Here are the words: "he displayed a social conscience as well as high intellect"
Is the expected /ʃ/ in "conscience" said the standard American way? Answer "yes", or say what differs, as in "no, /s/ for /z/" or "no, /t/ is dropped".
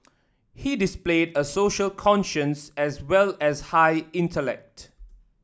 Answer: yes